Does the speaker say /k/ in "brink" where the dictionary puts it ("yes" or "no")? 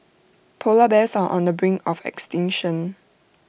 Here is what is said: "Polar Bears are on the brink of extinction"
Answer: no